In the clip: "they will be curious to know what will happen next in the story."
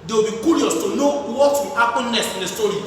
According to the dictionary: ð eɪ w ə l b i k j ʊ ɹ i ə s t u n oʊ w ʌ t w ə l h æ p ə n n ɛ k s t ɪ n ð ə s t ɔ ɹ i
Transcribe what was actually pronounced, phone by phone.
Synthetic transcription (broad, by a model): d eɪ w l b i k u ɹ i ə s t u n oʊ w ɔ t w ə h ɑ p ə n n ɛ s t ɪ n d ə s t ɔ ɹ i